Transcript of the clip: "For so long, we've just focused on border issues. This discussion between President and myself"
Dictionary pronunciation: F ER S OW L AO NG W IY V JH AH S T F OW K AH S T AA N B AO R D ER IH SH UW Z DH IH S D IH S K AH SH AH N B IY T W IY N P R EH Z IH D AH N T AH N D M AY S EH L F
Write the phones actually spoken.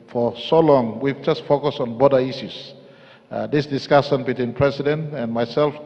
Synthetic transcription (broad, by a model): F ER S OW L AO NG W IY V JH AH S T F OW K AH S AA N B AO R D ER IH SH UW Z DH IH S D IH S K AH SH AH N B IY T W IY N P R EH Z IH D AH N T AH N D M AY S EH L F